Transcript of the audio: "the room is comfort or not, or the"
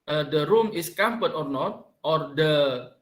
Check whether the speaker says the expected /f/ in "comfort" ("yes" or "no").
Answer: no